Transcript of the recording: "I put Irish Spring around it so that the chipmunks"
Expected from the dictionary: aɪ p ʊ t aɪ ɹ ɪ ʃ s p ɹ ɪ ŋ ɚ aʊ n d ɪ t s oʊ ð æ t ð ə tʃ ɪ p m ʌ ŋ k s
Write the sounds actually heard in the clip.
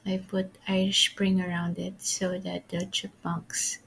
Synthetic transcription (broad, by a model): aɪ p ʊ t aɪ ɪ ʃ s p ɹ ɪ ŋ ɚ aʊ n d ɪ t s oʊ ð æ t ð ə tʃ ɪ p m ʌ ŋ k s